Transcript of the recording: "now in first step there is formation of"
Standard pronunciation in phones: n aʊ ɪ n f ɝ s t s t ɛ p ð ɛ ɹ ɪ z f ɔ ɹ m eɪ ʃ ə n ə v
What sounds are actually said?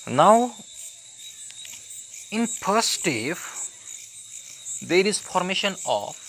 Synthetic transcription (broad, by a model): n aʊ ɪ n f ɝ t s t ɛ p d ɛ ɹ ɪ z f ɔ ɹ m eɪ ʃ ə n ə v